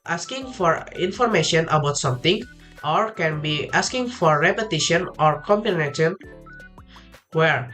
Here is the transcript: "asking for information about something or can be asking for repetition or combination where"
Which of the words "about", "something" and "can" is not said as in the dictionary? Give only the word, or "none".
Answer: something